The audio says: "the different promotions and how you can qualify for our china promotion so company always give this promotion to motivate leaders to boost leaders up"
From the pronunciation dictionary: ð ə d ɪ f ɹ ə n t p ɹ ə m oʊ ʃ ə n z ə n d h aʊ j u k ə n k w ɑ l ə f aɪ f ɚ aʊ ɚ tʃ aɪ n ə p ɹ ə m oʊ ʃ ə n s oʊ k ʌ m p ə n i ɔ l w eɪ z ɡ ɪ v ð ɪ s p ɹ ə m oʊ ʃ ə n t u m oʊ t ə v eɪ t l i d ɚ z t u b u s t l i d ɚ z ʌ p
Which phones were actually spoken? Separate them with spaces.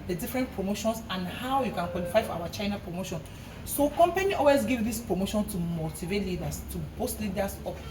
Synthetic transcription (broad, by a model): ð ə d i f ɹ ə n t p ɹ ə m oʊ ʃ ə n s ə n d h aʊ j u k ə n k w ɑ l ə f aɪ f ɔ aʊ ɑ tʃ aɪ n ə p ɹ ə m oʊ ʃ ə n s oʊ k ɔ m p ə n i ɔ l w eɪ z ɡ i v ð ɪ s p ɹ ə m oʊ ʃ ə n t u m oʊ t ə v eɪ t l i d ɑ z t u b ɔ s t l i d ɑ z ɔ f